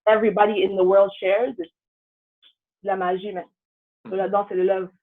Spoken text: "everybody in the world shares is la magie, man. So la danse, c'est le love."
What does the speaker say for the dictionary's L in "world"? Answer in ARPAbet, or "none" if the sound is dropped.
L